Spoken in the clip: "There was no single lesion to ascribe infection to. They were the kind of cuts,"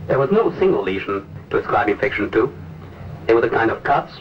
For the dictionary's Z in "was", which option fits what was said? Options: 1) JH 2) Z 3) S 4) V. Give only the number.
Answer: 2